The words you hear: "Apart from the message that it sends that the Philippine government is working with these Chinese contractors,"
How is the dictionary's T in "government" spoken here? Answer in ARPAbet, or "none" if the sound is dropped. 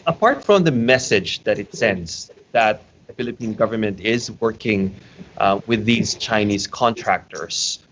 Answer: T